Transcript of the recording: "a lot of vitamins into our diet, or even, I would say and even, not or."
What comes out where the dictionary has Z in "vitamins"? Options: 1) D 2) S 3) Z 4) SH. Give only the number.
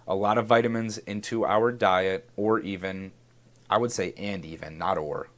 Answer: 3